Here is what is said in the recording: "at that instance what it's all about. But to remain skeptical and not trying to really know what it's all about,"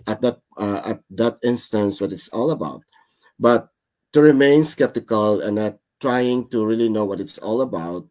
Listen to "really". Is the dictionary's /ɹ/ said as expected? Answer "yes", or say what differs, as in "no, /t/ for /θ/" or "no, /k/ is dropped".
yes